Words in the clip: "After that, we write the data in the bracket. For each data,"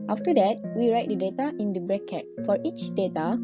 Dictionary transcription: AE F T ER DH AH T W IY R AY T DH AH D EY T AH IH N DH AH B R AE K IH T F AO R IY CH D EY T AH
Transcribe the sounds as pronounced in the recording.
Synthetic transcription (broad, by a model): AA F T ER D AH T W IY R AY T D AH D EY T AH IH N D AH B R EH K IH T F AO R IY CH D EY T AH